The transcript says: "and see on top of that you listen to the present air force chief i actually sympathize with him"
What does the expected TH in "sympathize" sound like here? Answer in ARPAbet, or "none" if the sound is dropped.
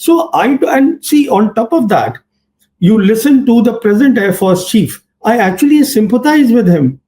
T